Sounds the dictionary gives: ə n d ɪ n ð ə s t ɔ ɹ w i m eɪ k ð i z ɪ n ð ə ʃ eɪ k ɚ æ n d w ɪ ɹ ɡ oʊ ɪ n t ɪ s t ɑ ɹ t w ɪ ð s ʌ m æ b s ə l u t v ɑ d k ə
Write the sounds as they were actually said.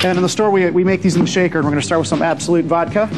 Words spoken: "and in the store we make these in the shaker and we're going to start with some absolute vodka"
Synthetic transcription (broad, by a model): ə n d ɪ n ð ə s t ɔ ɹ w i m eɪ k ð i z ɪ n ð ə ʃ eɪ k ɚ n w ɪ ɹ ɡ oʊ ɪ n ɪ s t ɑ ɹ t w ɪ ð s ʌ m æ b s ə l u t v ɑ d k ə